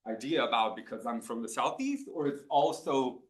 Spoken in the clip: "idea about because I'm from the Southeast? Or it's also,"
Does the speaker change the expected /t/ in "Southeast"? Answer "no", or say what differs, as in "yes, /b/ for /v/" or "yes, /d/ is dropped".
no